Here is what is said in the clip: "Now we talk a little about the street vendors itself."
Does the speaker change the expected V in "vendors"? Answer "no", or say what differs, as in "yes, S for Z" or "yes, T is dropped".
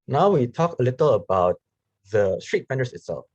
yes, F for V